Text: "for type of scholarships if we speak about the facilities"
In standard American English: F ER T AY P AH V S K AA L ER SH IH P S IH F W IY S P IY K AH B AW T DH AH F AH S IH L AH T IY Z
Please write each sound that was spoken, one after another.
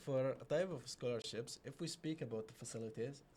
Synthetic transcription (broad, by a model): F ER T AY P AH V S K AA L ER SH IH P S IH F W IY S P IY K AH B AW T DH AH F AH S IH L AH T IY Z